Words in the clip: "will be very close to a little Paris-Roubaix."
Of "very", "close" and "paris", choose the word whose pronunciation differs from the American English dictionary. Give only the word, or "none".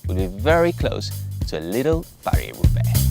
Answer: paris